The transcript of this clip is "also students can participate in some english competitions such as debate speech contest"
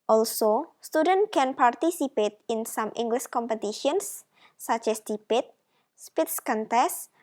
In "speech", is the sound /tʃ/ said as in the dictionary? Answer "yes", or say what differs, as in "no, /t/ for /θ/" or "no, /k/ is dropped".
no, /s/ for /tʃ/